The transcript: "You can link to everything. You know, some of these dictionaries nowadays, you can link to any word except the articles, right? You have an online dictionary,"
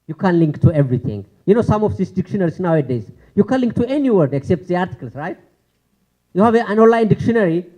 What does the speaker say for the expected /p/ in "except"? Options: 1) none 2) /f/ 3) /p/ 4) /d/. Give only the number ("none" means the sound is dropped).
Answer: 3